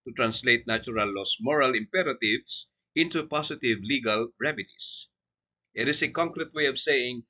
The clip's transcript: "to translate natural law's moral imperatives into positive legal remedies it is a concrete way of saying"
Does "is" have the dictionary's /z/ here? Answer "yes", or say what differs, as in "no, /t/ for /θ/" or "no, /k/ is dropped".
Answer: no, /s/ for /z/